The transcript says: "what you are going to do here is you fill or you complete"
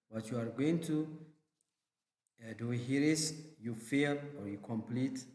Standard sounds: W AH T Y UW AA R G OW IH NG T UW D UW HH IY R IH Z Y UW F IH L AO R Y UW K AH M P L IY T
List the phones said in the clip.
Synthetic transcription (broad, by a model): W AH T Y UW AA R G OW IH NG T UW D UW HH IY R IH S Y UW F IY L AO R Y UW K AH M P L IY T